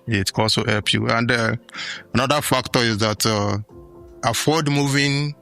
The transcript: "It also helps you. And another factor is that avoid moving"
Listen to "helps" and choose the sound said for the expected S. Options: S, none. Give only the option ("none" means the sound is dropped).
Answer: none